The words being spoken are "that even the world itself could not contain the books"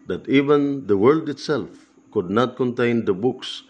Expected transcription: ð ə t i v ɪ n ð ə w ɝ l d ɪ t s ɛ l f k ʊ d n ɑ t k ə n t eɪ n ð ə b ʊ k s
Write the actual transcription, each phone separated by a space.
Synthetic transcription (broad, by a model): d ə t i v ɪ n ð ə w ɝ l d ɪ t s ɛ l f k ʊ d n ɑ t k ə n t eɪ n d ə b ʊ k s